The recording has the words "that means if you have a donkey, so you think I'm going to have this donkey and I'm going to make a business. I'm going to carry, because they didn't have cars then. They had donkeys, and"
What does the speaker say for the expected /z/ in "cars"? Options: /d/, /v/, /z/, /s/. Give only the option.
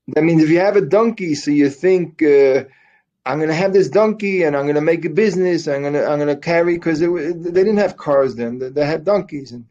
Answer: /z/